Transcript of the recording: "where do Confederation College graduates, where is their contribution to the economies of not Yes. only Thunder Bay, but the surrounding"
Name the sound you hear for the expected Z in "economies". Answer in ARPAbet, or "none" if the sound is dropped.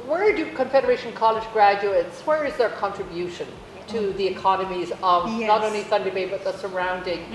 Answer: Z